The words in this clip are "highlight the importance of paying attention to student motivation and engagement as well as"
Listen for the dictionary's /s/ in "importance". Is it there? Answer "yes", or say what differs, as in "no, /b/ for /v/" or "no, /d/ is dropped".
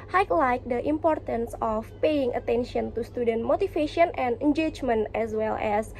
yes